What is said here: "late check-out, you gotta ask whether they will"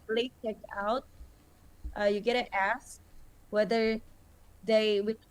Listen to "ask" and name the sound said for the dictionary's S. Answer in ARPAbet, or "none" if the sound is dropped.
S